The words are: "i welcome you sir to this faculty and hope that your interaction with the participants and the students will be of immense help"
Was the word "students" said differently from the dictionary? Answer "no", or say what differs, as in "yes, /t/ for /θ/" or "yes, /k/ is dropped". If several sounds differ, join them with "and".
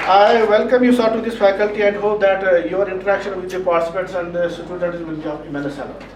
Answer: yes, /n/ is dropped